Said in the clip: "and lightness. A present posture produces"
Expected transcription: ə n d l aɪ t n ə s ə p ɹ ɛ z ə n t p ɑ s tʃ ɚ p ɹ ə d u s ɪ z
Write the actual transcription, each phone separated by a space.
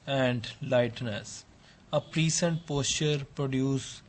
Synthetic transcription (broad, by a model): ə n d l aɪ t n ə s ə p ɹ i s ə n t p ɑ s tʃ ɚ p ɹ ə d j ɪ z